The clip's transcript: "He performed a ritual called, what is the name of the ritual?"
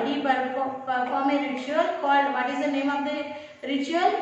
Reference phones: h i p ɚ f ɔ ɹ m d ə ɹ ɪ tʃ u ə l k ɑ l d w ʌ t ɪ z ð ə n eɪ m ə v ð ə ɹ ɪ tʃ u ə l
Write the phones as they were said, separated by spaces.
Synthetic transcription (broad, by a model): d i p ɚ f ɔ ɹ m ə ɹ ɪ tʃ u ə l k ɑ l d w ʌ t ɪ z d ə n eɪ m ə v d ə ɹ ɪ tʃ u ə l